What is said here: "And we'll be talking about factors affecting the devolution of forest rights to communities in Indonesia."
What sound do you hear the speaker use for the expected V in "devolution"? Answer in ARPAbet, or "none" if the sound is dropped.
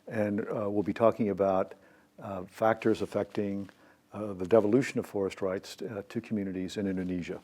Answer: V